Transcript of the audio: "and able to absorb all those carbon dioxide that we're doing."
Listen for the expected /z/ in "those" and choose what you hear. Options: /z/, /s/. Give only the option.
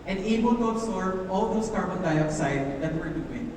/s/